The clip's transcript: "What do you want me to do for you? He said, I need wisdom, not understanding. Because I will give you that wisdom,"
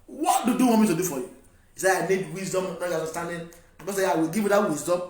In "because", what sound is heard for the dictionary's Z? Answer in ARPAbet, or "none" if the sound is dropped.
none